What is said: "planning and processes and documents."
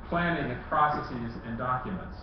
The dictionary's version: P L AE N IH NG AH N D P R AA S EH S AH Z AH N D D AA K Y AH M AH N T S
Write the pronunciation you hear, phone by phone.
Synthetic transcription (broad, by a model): P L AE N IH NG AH P R AA S EH S AH Z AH N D D AA K Y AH M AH N T S